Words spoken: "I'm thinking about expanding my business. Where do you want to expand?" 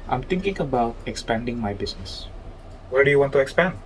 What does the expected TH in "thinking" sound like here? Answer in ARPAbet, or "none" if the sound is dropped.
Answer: T